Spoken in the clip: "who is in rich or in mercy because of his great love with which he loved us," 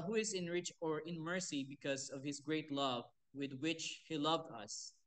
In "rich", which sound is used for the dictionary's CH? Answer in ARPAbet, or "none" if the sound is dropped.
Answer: CH